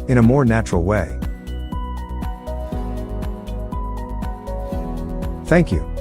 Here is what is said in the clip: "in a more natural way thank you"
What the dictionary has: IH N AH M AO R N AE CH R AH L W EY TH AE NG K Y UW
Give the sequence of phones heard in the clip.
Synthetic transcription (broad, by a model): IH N AH M AO R N AE CH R L W EY TH AE NG K Y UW